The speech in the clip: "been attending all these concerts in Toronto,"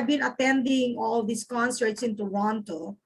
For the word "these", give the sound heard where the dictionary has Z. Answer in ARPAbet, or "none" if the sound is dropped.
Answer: S